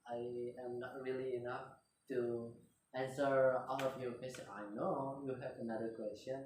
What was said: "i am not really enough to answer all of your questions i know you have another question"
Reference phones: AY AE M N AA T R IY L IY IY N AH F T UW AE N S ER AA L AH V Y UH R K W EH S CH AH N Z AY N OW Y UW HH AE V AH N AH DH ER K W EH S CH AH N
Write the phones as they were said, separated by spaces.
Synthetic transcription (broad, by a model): AY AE M N AA T R IY L IY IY N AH F T UW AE N S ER AA L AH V Y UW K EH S AH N AY N OW Y UW HH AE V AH N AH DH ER K W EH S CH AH N